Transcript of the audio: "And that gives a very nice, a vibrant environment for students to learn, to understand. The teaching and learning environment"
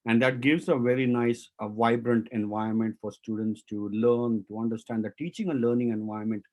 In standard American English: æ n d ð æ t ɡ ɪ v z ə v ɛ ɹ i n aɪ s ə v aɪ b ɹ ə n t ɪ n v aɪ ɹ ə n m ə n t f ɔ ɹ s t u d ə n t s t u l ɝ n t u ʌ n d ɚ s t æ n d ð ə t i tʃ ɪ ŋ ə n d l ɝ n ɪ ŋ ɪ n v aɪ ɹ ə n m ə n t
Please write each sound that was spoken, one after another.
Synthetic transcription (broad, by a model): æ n d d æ t ɡ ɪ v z ə v ɛ ɹ i n aɪ s v aɪ b ɹ ə n t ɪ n v aɪ ə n m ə n t f ɔ ɹ s t u d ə n t s t u l ɝ n t u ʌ n d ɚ s t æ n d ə t i tʃ ɪ ŋ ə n l ɝ n ɪ ŋ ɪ n v aɪ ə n m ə n t